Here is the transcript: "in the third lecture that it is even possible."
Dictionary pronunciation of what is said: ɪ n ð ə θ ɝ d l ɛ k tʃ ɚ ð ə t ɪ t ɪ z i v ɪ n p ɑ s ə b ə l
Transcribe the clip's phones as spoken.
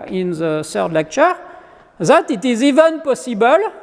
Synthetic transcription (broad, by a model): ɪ n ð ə s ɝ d l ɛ k tʃ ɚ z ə t ɪ t ɪ z i v ɪ n p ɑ s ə b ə l